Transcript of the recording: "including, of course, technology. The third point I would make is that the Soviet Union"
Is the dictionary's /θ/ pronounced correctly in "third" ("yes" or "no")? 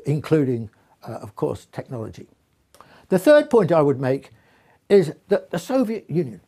yes